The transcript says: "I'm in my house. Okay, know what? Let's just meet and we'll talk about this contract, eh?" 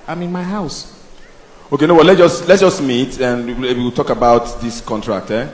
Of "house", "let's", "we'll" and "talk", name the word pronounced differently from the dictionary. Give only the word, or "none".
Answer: we'll